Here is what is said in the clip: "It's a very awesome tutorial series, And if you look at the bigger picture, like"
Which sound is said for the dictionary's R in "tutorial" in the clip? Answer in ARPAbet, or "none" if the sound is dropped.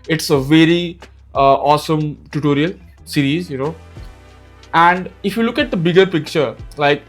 R